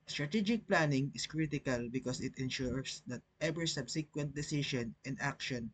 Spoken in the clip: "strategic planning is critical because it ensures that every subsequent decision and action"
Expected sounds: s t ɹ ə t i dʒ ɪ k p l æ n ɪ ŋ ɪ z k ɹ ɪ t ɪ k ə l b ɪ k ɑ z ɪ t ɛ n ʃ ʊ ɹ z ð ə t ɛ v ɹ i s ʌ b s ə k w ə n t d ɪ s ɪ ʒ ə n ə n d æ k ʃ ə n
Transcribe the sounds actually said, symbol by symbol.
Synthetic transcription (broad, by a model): s t ɹ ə t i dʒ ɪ k p l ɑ n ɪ ŋ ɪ s k ɹ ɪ t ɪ k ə l b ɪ k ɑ s ɪ t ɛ n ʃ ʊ ɹ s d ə t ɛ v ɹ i s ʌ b s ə k w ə n t d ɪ s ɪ ʃ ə n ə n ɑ k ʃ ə n